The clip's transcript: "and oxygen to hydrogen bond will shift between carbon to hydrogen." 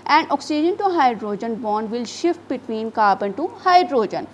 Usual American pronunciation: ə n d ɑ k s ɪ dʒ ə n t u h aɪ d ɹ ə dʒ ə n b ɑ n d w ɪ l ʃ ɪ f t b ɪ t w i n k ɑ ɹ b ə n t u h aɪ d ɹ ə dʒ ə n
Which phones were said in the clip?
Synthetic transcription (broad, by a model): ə n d ɑ k s ɪ dʒ ə n t u h aɪ d ɹ ə dʒ ə n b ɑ n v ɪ l ʃ ɪ f t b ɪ t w i n k ɑ ɹ b ə n t u h aɪ d ɹ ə dʒ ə n